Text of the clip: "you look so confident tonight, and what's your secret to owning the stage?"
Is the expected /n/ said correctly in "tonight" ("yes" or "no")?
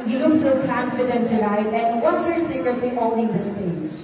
no